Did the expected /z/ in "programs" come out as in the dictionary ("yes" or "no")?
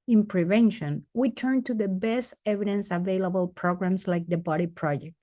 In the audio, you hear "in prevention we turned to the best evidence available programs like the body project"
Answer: no